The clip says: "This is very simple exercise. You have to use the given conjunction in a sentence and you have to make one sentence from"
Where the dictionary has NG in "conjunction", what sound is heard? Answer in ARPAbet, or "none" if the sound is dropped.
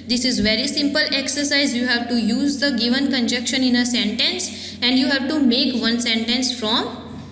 none